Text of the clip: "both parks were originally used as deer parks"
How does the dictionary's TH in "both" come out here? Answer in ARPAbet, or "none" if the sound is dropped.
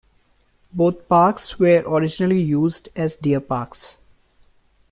T